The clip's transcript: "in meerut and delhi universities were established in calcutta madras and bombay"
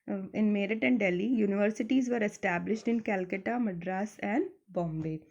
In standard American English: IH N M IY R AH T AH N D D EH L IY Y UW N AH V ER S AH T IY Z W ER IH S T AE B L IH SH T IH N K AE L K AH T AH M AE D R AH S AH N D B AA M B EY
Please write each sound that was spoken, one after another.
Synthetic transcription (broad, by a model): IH N M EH R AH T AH N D D EH L IY Y UW N AH V ER S AH T IY Z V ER IH S T AE B L IH SH T IH N K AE L K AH T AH M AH D R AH S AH N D B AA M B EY